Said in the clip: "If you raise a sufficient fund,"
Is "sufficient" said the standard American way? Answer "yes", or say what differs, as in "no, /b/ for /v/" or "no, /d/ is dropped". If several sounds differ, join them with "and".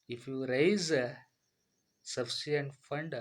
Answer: no, /ʃ/ is dropped